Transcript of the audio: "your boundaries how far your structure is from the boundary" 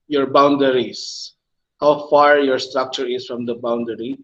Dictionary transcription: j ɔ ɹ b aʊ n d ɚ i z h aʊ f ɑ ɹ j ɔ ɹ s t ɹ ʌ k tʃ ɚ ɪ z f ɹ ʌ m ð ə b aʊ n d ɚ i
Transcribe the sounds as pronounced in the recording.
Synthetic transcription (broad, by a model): j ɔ ɹ b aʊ n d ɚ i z h aʊ f ɑ ɹ j ɔ ɹ s t ɹ ʌ k tʃ ɚ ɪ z f ɹ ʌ m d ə b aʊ n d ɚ i